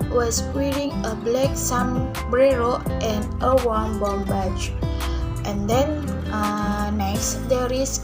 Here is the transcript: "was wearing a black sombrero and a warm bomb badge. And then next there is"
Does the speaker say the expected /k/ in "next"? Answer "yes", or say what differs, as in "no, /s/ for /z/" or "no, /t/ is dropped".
no, /k/ is dropped